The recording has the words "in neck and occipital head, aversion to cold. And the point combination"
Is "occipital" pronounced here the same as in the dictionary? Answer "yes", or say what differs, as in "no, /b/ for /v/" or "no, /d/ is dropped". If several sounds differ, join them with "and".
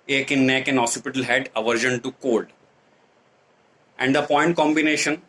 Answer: no, /k/ is dropped